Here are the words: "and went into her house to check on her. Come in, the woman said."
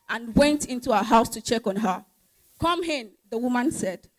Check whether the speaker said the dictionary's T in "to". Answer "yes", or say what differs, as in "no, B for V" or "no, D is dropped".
yes